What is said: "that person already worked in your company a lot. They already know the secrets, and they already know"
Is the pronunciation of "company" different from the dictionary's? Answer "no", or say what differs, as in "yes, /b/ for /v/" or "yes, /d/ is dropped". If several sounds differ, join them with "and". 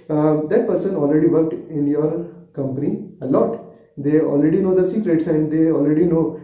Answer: no